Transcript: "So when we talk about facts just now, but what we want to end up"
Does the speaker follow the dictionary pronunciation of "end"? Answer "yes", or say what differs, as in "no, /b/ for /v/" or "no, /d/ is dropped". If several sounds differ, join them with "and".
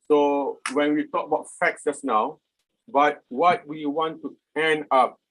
no, /d/ is dropped